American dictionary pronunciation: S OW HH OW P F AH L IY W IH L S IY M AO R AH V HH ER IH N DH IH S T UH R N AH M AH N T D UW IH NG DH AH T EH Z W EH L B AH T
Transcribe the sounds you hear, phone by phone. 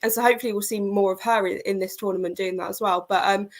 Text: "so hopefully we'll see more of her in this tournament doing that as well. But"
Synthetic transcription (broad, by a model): S OW HH OW P F AH L IY W IH L S IY M AO R AH V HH ER IH N DH IH S T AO N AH M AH N D UW IH NG DH AH T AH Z W EH L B AH T